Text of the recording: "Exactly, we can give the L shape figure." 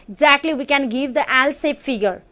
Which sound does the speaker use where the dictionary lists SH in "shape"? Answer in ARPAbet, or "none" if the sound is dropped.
S